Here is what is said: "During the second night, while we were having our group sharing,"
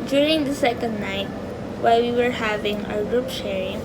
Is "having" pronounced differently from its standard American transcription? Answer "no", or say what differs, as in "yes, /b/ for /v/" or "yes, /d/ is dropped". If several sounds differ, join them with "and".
no